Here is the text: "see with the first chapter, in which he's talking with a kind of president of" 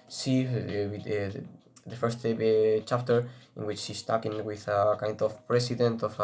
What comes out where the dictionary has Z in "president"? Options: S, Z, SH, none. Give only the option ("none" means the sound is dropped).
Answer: S